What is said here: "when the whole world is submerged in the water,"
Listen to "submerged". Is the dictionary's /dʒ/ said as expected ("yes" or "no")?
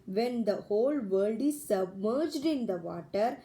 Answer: yes